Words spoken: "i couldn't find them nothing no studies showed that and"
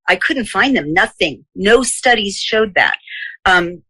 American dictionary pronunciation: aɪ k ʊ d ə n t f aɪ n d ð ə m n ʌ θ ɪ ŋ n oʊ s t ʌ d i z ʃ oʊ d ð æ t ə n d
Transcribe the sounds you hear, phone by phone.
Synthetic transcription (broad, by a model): aɪ k ʊ d n t f aɪ n ð ə m n ʌ θ ɪ ŋ n oʊ s t ʌ d i z ʃ oʊ d ð æ t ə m